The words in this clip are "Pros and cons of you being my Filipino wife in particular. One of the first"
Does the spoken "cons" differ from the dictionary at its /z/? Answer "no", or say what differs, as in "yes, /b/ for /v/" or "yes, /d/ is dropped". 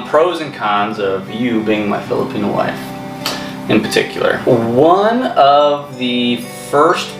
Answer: no